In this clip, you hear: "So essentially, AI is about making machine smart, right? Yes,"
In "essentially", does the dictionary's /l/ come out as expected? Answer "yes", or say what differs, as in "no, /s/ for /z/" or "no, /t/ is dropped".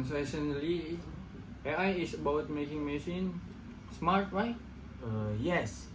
no, /l/ is dropped